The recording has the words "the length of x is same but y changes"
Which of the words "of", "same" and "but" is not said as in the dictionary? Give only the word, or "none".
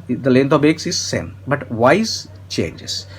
of